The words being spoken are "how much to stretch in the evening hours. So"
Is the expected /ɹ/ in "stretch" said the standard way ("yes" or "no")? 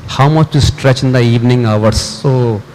yes